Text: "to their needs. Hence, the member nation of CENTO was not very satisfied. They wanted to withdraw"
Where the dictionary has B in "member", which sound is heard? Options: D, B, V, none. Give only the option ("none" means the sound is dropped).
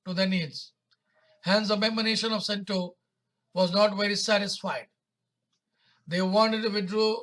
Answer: none